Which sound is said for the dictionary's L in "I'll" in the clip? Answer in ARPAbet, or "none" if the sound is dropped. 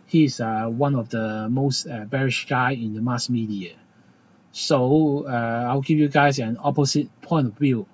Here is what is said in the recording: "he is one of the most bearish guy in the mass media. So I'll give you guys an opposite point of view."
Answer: W